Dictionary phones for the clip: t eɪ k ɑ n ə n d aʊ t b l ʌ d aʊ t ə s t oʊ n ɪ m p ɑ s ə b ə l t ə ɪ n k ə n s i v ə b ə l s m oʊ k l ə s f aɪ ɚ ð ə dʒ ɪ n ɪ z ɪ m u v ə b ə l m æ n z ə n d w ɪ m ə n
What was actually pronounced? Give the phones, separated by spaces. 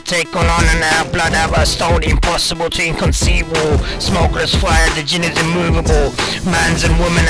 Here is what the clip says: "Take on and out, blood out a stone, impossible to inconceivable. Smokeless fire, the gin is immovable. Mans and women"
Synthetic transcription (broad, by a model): t eɪ k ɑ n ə n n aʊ b l ʌ d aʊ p ə s t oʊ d ɪ m p ɑ s ə b ə l t ə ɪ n k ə n s i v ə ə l s m oʊ k l ə s f aɪ ɚ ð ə dʒ ɪ n ɪ z ɪ m u v ə b ə l m æ n z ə n w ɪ m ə n